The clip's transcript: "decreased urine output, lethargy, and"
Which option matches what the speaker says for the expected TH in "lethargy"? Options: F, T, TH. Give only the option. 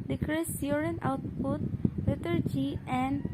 T